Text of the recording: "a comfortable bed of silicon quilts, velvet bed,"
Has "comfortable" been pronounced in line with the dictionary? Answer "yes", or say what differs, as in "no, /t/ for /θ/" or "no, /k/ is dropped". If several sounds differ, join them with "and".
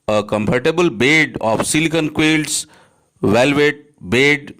no, /p/ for /f/